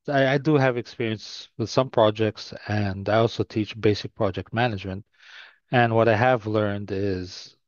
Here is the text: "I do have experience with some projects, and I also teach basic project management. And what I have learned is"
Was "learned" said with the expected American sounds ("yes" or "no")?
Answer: yes